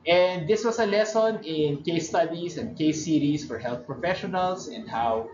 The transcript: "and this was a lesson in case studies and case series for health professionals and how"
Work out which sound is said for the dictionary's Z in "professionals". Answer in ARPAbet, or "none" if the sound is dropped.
S